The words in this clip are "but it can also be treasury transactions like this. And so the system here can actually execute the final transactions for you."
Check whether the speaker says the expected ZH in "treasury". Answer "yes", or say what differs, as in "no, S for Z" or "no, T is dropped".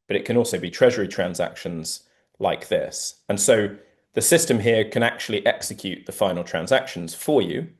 yes